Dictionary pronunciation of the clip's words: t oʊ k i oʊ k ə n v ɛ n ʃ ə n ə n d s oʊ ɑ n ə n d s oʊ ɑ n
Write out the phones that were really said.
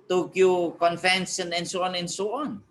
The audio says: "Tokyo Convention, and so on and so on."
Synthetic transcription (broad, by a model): t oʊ k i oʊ k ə n f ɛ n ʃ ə n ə n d s oʊ ɑ n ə n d s oʊ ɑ n